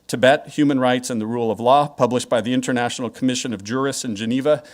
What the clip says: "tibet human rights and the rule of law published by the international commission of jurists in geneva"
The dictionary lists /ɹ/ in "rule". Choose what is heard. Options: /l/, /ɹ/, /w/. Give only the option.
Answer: /ɹ/